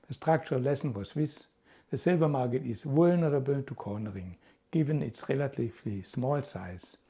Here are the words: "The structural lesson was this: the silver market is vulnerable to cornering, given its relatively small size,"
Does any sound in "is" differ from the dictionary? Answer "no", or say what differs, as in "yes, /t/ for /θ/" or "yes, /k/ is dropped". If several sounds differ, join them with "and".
yes, /s/ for /z/